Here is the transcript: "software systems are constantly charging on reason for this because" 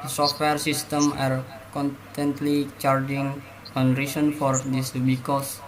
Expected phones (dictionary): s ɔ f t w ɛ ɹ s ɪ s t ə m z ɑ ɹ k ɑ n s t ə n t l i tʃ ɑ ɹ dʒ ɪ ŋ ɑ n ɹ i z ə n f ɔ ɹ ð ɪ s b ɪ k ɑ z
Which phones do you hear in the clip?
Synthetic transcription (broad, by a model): s ɔ f t w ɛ ɹ s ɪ s t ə m ɑ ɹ k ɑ n t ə n t l i tʃ ɑ ɹ dʒ ɪ ŋ ɑ n ɹ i s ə n f ɔ ɹ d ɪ s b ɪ k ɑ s